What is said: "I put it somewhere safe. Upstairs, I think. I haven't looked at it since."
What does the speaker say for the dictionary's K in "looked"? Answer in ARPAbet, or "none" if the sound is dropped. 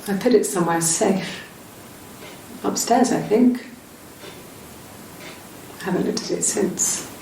none